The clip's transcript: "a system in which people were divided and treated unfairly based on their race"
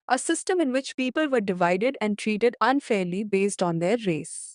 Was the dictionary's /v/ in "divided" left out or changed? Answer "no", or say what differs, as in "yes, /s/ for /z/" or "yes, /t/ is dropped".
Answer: no